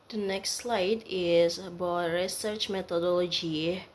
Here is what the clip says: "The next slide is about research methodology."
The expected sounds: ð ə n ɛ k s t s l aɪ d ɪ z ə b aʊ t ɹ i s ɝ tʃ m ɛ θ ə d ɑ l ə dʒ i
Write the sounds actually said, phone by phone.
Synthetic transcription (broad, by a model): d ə n ɛ k s t s l aɪ d ɪ z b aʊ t ɹ i s ɝ tʃ m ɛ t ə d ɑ l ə dʒ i